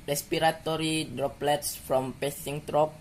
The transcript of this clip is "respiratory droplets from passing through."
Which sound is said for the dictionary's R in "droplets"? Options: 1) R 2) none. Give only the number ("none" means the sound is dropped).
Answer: 1